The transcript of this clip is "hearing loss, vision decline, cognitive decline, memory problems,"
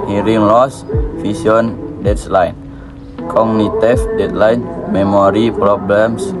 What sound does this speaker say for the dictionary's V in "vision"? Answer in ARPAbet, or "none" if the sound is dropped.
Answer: F